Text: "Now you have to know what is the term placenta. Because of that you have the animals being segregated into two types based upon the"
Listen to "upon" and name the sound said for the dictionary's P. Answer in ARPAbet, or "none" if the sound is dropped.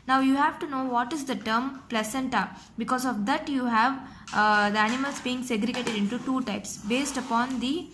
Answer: P